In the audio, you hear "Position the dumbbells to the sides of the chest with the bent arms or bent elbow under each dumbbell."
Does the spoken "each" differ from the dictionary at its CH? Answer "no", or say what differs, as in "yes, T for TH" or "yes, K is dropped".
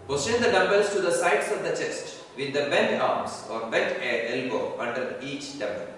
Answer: no